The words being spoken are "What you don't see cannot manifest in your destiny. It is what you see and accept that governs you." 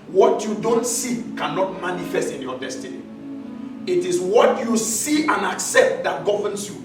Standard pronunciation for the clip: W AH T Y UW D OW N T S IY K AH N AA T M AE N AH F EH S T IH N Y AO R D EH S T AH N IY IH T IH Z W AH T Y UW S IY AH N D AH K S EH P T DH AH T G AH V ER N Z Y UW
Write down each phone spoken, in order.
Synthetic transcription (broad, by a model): W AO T Y UW D OW N T S IY K AH N AA T M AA N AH F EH S T IH N Y AO D EH S T AH N IY IH T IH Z W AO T Y UW S IY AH N AH K S EH P T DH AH T G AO V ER N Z Y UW